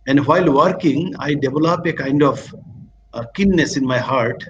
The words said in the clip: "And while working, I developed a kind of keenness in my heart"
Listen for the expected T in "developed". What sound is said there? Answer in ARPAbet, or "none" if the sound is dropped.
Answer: none